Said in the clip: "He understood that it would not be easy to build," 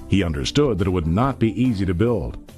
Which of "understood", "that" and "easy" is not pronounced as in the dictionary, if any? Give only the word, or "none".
none